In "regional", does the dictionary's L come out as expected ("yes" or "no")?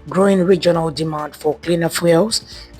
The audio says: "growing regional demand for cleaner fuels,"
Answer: yes